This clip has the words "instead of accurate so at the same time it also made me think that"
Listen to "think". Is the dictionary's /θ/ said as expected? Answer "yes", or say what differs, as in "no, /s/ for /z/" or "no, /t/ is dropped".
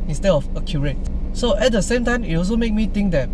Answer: no, /t/ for /θ/